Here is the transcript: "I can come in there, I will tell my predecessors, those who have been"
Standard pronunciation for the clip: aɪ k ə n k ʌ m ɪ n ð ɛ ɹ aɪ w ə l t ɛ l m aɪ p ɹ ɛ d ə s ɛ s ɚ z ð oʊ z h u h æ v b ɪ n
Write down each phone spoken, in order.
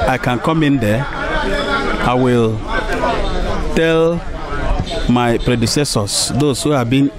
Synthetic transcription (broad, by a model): aɪ k ə n k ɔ m ɪ n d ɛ aɪ w ə l t ɛ l m aɪ p ɹ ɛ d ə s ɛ s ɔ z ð oʊ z h u h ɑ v b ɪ n